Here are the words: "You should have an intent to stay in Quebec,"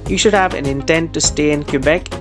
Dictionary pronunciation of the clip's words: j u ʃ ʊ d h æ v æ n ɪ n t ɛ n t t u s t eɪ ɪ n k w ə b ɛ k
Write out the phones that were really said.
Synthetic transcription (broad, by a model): j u ʃ ʊ d h æ v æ n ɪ n t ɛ n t t u s t eɪ ɪ n k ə b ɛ k